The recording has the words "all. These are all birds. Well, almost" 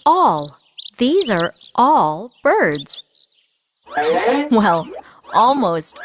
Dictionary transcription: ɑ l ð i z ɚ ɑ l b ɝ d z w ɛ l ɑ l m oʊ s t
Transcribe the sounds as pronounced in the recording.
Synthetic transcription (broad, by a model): ɑ l ð i z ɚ ɑ l b ɝ d z w ɛ l ɑ l m oʊ s t